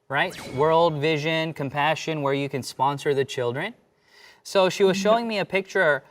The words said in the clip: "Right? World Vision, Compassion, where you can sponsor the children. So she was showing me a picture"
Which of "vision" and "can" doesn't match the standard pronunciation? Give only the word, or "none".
none